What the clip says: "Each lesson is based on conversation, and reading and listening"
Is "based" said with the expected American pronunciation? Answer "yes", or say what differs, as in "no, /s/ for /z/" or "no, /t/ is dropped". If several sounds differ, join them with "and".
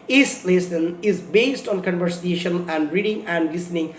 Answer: yes